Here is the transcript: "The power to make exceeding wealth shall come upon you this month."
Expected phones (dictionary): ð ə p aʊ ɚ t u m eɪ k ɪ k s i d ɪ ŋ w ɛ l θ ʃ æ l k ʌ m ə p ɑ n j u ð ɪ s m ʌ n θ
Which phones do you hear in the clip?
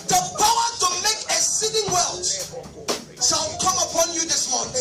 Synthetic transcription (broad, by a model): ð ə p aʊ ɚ t u m eɪ k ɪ s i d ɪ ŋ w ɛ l t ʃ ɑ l k ʌ m ə p ɑ n j u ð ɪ s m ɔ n